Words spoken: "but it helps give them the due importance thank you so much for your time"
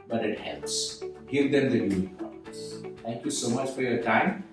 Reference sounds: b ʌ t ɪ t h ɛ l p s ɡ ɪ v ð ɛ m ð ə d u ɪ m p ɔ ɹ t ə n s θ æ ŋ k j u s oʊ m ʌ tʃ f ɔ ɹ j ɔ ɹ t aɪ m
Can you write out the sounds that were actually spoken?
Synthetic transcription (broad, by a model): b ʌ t ɪ t h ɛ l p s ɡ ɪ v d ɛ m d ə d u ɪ p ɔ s t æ ŋ k j u s oʊ m ʌ tʃ f ɔ ɹ j ɔ ɹ t aɪ m